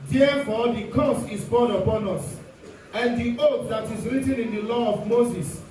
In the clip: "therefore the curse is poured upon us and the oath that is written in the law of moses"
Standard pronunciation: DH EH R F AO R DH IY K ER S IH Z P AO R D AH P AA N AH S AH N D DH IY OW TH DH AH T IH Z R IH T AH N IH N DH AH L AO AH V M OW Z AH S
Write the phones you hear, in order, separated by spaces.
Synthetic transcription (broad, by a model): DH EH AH F AO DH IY K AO S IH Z B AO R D AH P AA N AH S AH N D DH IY OW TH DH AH T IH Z R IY T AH N IH N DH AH L AO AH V M OW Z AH S